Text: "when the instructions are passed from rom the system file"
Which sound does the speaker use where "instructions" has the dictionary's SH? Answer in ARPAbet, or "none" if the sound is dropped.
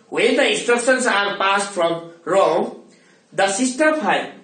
S